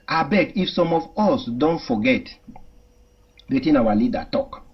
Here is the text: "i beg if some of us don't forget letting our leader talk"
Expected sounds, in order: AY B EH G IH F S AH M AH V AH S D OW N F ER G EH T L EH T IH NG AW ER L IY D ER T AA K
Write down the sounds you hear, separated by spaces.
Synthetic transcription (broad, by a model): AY B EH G IH F S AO M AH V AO S D OW N F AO G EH T W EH T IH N AW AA L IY D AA T AA K